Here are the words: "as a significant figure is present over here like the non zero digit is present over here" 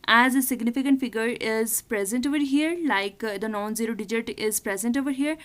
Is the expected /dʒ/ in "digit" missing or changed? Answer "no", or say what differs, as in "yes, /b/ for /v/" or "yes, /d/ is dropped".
no